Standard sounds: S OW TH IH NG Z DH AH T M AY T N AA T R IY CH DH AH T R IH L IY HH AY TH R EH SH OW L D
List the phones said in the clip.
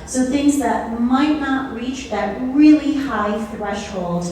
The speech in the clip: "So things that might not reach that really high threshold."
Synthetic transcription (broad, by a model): S OW TH IH NG Z DH AH T M AY T N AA T R IY CH DH AH T R IH L IY HH AY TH R EH SH OW L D